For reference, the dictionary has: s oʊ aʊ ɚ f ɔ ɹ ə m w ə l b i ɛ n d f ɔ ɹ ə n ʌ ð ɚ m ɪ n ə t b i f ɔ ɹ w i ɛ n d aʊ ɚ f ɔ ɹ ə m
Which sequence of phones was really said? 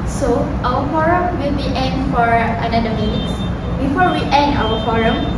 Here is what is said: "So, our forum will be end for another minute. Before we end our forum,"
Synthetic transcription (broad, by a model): s oʊ aʊ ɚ f ɔ ɹ ə m w ə l b i ɛ n d f ɔ ɹ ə n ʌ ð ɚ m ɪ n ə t b i f ɔ ɹ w i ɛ n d aʊ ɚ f ɔ ɹ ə m